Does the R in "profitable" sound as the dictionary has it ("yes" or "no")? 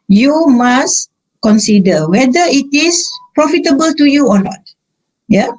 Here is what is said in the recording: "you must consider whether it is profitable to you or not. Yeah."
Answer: yes